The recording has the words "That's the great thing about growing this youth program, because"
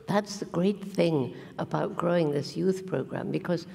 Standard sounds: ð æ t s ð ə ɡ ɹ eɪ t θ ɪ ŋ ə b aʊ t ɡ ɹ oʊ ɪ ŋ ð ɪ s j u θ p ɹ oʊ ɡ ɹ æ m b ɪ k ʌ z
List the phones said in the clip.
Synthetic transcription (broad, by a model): ð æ t s ð ə ɡ ɹ eɪ t θ ɪ ŋ ə b aʊ t ɡ ɹ oʊ ɪ ŋ ð ɪ s j u θ p ɹ oʊ ɡ ɹ æ m b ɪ k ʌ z